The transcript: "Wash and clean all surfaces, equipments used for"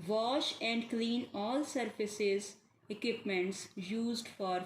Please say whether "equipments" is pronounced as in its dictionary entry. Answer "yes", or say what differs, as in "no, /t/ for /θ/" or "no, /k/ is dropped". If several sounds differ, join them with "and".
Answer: yes